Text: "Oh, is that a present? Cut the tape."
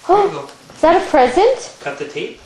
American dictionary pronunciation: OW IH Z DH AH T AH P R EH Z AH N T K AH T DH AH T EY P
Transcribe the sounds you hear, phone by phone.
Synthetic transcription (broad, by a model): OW IH Z DH AH T AH P R EH Z AH N T K AH T DH AH T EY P